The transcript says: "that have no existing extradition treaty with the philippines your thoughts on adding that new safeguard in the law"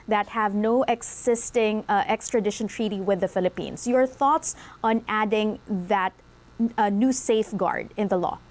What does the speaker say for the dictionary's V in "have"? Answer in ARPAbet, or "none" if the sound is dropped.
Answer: V